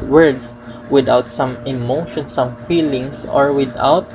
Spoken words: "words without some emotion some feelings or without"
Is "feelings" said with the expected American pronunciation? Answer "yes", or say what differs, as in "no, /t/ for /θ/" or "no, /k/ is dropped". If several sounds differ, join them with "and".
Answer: no, /s/ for /z/